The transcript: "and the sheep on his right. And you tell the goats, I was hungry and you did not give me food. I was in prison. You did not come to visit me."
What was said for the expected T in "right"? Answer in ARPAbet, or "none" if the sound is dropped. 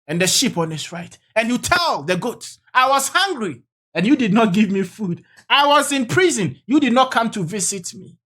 T